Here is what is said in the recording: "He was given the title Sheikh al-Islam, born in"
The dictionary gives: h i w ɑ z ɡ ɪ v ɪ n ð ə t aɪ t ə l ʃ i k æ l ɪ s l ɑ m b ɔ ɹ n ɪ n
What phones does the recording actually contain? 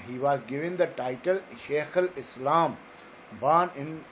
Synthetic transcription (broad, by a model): h i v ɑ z ɡ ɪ v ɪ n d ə t aɪ t ə l ʃ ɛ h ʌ l ɪ s l ɑ m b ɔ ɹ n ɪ n